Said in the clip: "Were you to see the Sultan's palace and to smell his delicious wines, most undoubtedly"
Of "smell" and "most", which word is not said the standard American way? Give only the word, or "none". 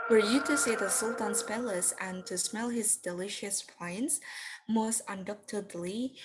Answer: none